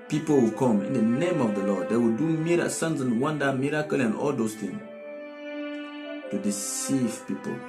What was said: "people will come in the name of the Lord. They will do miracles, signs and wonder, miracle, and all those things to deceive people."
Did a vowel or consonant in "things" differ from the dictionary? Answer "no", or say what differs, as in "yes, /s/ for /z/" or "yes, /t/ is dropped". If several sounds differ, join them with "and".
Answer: yes, /z/ is dropped